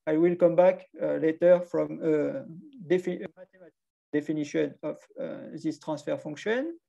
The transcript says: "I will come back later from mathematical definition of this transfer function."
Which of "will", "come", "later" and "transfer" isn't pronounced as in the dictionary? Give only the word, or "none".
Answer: transfer